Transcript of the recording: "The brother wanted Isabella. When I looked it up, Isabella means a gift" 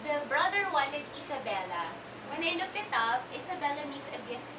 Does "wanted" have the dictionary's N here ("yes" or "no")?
no